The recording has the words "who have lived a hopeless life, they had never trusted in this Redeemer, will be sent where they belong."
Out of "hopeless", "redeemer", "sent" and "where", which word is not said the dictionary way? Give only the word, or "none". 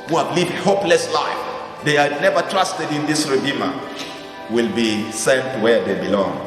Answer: none